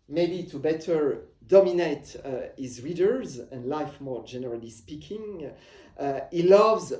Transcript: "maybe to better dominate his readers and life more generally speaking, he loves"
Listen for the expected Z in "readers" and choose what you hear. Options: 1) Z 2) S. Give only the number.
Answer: 1